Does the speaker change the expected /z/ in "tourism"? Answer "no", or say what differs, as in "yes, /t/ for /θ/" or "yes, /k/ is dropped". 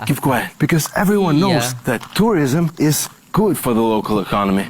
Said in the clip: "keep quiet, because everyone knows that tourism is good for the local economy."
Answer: no